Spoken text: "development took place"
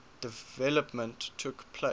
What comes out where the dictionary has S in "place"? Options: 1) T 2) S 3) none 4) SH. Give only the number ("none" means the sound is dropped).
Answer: 3